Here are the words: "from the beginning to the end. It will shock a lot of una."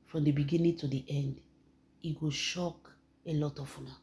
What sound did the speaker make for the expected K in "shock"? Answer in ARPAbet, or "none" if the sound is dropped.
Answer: K